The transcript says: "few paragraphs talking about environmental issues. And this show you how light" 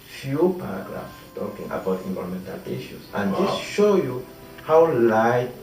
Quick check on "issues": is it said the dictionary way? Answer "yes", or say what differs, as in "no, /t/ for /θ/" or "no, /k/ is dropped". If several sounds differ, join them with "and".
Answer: no, /s/ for /z/